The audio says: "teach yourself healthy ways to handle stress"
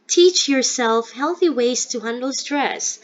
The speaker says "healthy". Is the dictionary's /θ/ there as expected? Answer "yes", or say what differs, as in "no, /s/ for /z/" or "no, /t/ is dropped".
yes